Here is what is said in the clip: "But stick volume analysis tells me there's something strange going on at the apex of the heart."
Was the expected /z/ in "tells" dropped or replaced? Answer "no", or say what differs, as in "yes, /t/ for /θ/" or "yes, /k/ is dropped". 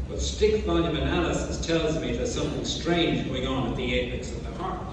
no